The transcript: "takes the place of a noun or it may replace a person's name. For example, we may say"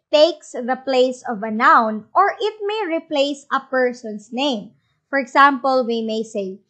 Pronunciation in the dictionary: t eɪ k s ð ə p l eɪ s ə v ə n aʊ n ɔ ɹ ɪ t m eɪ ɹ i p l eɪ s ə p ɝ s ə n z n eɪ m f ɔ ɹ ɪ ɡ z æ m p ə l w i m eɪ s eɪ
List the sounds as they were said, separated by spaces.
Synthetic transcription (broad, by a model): t eɪ k s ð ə p l eɪ s ə v ə n aʊ n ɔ ɹ ɪ t m eɪ ɹ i p l eɪ s ə p ɝ s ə n s n eɪ m f ɔ ɹ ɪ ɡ s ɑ m p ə l w i m eɪ s eɪ